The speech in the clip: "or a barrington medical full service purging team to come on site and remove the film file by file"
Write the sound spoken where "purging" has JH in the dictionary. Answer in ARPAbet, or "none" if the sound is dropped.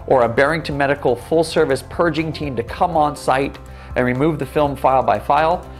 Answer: JH